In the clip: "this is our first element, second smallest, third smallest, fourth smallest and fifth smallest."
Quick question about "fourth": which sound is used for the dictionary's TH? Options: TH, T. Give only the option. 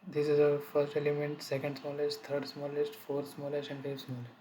T